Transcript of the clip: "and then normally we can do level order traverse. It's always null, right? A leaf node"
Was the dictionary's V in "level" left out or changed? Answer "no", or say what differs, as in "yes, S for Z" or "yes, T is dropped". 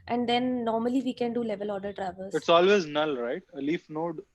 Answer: no